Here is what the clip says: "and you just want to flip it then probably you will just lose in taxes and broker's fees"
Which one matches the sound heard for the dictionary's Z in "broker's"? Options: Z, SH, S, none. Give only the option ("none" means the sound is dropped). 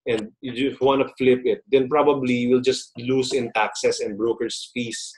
S